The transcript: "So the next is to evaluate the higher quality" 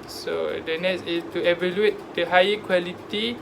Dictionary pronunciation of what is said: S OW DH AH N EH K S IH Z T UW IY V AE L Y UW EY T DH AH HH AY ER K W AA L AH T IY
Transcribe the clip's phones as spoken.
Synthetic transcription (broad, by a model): S OW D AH N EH S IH S T UW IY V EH L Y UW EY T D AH HH AY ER K W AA L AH T IY